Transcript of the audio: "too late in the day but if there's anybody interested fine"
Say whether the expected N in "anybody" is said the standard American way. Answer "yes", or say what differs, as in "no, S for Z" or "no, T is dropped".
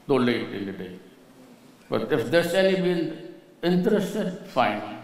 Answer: no, L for N